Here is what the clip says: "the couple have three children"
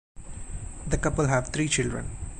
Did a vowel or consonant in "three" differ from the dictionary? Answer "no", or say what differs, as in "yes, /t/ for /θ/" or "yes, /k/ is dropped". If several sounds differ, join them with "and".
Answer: yes, /t/ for /θ/